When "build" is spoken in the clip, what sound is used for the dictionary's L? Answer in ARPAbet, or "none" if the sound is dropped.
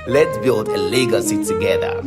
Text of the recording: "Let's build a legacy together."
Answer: L